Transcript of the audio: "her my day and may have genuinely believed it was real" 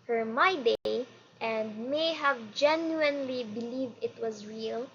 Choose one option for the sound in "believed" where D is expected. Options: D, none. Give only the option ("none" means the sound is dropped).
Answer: D